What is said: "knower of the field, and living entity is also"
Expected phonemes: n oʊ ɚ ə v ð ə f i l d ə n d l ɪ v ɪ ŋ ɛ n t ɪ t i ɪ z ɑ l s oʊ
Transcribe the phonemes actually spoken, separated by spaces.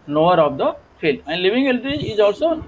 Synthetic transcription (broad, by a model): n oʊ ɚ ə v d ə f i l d ə n d l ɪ v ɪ ŋ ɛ l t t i ɪ z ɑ l s oʊ